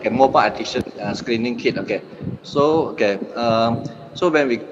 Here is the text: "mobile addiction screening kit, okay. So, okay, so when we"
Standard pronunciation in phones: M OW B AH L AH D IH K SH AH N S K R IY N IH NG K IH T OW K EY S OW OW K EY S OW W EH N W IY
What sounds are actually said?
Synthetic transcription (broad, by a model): M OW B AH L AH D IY SH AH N S K R IY N IH NG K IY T OW K EY S OW OW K EY S OW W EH N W IY